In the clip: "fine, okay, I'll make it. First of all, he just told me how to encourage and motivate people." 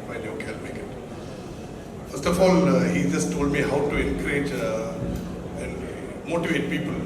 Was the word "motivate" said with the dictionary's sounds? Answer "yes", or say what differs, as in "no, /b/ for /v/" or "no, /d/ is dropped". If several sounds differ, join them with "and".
yes